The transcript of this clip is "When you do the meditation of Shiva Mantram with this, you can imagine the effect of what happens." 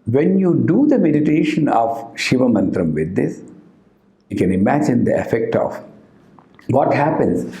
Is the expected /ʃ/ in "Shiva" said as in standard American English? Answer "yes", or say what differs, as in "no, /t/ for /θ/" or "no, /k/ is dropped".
yes